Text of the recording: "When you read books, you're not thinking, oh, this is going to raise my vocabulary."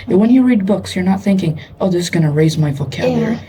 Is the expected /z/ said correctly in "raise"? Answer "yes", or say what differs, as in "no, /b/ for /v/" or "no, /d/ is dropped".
yes